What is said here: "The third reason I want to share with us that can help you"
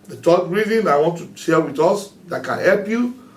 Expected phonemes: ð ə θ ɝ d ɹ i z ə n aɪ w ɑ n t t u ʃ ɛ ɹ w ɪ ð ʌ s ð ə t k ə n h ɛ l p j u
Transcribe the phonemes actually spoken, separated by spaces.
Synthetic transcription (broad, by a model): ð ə t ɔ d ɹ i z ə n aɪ w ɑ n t t u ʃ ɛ l w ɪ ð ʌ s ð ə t k ə n h ɛ l p j u